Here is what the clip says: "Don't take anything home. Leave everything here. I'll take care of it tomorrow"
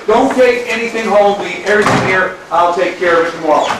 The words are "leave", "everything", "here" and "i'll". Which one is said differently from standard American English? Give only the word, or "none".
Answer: leave